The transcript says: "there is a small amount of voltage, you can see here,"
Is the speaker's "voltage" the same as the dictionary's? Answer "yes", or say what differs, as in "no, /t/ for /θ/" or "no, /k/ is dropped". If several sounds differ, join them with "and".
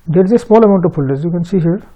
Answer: no, /p/ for /v/